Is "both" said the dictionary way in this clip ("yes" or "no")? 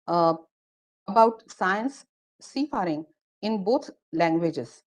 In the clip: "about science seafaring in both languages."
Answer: no